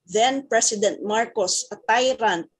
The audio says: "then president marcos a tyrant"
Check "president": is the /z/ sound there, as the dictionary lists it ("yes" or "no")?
no